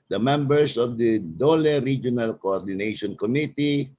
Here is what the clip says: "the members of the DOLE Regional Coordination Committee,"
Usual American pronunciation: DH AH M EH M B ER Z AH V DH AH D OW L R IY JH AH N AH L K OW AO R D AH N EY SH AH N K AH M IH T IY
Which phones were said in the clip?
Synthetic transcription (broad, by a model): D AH M EH M B ER S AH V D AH D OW L R IY JH AH N AH L K OW AO R D AH N EY SH AH N K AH M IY T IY